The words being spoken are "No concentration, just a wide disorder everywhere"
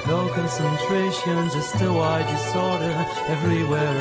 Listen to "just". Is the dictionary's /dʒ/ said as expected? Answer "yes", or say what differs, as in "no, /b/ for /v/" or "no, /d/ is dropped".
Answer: no, /z/ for /dʒ/